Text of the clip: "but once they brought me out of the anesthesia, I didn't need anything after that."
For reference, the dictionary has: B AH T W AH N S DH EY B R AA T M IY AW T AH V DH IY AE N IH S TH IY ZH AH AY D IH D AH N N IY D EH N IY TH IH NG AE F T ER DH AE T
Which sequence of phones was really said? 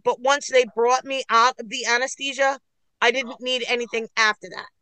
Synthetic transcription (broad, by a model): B AH T W AH N S DH EY B R AA T M IY AW T AH V DH IY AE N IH S T IY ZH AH AY D IH D N N IY D EH N IY TH IH NG AE F T ER DH AE T